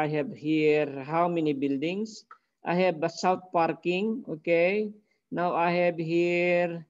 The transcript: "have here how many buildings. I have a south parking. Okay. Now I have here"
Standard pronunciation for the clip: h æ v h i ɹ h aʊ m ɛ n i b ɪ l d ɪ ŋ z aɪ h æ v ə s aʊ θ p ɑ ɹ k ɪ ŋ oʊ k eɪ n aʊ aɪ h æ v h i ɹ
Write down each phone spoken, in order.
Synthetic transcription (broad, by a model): h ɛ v h i ɹ h aʊ m ɛ n i b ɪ l d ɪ ŋ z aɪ h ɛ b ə s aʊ t p ɑ ɹ k ɪ ŋ oʊ k eɪ n aʊ aɪ h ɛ b h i ɹ